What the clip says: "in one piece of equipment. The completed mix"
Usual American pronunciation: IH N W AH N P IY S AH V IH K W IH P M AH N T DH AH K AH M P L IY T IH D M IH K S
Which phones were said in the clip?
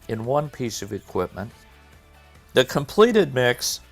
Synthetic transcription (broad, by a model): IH N W AH N P IY S AH V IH K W IH P M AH N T DH AH K AH M P L IY T IH D M IH K S